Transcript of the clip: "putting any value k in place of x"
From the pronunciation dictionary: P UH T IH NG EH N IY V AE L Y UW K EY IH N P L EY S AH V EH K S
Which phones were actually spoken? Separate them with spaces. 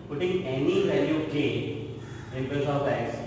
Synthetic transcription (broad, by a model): P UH T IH NG EH N IY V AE L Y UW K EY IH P EY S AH B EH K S